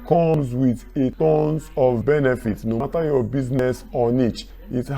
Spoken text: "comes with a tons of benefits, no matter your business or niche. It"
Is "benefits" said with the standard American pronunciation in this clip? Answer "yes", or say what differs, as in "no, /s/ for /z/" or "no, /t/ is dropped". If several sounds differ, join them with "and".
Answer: no, /s/ is dropped